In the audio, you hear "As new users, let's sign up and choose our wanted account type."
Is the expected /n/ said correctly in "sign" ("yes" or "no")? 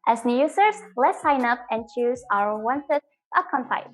yes